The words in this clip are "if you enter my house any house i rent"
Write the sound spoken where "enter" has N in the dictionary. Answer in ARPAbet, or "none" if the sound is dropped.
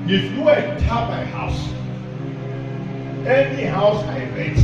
none